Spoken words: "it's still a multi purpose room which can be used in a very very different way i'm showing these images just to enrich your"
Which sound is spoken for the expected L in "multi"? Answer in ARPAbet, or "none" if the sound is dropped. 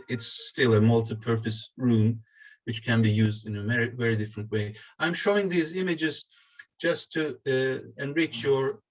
L